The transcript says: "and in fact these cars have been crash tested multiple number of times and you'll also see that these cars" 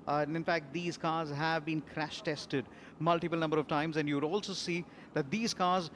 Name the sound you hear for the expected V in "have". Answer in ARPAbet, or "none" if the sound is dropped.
V